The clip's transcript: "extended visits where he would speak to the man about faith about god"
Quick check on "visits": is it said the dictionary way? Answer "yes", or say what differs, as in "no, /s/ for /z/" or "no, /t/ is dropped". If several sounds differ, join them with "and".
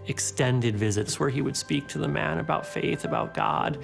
yes